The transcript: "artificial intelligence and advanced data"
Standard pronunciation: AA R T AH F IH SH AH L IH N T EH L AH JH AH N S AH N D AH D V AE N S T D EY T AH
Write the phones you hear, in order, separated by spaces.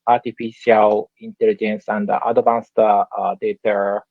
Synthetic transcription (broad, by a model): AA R T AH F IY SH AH L IH N T EH L AH JH AH N S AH N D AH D B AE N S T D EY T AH